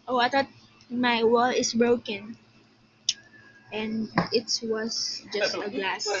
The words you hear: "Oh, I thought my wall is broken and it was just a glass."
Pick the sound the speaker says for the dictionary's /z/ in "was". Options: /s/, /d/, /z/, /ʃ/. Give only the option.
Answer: /s/